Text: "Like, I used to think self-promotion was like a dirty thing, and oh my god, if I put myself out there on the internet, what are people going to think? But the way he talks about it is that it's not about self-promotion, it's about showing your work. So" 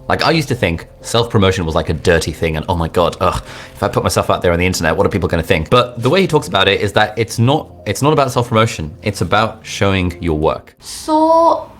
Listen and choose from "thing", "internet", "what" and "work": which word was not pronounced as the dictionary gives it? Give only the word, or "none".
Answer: none